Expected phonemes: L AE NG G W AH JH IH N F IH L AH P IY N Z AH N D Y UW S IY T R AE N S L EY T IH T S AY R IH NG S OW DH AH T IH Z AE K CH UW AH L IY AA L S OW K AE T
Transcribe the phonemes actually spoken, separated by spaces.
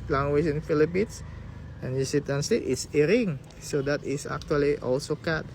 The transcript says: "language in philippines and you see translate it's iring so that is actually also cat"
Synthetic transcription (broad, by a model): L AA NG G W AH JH IH N F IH L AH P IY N S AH N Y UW S IY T AE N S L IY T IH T S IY R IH NG S OW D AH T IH S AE K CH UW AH L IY AA L S OW K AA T